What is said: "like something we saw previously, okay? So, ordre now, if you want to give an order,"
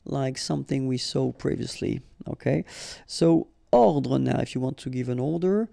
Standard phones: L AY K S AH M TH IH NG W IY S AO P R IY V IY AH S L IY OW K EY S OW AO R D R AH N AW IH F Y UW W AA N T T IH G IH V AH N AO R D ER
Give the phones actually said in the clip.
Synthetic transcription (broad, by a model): L AY K S AH M TH IH NG W IY S AO P R IY V IY AH S L IY OW K EY S OW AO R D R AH N AW IH F Y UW W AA N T T IH G IH V AH N AO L D ER